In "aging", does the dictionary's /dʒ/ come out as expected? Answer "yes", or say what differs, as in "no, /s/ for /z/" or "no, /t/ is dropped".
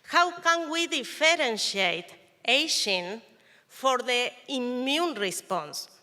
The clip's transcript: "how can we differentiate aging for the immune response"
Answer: no, /ʃ/ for /dʒ/